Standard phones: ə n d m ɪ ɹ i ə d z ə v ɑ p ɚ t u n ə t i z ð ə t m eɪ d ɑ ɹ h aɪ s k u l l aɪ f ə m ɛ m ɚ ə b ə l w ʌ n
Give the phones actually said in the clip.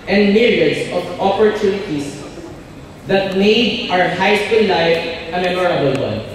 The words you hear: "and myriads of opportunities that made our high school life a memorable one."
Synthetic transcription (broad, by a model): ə n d m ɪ ɹ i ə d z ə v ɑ p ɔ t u n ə t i s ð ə t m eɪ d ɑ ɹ h aɪ s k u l l aɪ f ə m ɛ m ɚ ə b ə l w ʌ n